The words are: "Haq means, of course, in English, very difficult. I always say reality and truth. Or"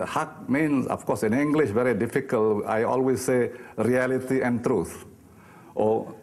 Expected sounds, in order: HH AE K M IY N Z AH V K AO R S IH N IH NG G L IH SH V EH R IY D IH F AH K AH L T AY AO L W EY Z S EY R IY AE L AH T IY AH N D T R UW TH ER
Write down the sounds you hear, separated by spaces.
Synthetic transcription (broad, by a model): HH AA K M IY N S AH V K AO S IH N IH NG G L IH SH V EH R IY D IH F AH K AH L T AY AO L W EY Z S EY R IY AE L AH T IY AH N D T R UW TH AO